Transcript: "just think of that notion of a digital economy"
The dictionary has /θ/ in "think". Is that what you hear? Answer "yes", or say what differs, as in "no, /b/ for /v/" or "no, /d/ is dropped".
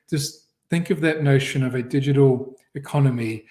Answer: yes